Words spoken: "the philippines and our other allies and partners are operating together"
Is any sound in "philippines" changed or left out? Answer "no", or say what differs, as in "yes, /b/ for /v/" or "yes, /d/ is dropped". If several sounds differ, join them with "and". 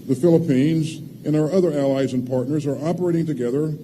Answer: no